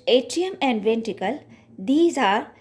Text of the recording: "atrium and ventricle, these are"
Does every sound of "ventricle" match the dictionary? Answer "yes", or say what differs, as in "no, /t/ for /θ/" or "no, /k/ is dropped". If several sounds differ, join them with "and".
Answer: no, /ɹ/ is dropped